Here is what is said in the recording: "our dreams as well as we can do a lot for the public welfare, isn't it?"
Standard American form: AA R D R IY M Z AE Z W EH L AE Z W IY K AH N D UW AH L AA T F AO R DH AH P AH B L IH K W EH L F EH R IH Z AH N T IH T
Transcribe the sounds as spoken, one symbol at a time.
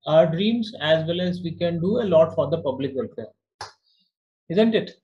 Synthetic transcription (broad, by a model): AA R D R IY M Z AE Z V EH L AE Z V IY K AH N D UW AH L AA T F AO R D AH P AH B L IH K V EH L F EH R IH Z AH N T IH T